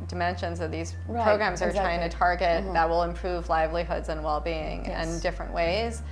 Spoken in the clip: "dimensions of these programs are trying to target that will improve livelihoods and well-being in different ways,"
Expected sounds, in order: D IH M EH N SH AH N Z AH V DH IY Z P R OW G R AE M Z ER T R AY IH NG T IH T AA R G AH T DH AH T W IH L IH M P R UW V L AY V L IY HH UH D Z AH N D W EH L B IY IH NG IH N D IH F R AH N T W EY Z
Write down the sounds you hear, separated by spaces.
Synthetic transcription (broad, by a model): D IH M EH N SH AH N Z AH V DH IY Z P R OW G R AE M Z ER T R AY IH NG T IH T AA R G AH T DH AH T W IH L IH M P R UW V L AY V L IY HH UH D Z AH N W EH L B IY IH NG IH N D IH F R AH N T W EY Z